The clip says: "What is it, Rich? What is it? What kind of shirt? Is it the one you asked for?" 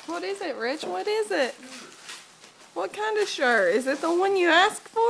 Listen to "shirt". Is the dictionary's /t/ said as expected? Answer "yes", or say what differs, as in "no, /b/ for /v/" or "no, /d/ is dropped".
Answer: no, /t/ is dropped